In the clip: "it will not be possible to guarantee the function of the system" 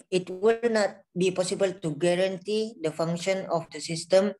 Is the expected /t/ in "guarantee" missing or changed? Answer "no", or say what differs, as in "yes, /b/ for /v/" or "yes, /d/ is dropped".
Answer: no